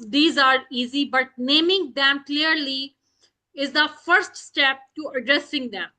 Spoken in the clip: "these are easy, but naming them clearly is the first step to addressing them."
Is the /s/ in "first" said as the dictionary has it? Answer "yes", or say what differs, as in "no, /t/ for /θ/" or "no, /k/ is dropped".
yes